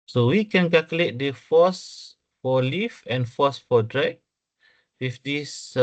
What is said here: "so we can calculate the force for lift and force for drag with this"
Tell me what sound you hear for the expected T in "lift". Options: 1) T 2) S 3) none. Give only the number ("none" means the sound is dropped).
3